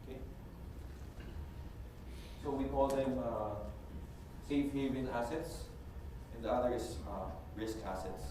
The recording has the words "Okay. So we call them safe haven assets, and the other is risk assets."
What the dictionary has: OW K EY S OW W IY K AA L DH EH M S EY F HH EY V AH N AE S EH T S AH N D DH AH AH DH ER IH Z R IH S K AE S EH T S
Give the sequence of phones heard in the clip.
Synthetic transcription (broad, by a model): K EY S OW W IY K AA L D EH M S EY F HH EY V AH L AE S EH T S AH N D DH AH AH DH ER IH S R IH S K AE S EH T S